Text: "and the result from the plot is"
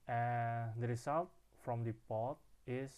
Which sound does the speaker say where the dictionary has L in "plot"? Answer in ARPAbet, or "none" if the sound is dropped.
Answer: none